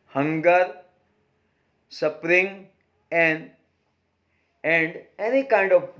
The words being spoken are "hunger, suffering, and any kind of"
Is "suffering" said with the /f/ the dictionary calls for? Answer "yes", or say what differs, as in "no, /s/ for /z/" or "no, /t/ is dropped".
no, /p/ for /f/